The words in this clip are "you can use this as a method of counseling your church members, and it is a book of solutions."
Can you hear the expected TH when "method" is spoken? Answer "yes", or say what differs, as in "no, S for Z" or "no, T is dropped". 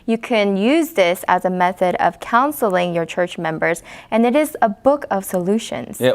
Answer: yes